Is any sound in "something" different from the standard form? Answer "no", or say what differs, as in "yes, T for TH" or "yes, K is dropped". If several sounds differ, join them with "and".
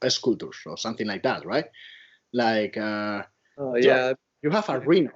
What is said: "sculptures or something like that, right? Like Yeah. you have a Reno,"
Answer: no